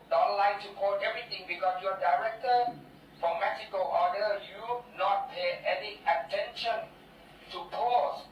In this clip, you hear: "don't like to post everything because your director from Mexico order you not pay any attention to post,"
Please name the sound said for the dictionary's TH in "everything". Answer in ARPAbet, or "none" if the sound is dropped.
T